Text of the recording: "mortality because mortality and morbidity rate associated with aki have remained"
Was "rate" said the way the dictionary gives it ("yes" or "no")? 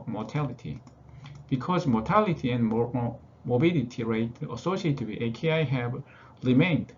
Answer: yes